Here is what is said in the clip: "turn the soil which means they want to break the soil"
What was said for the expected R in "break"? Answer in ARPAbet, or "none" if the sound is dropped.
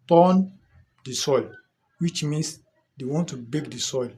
none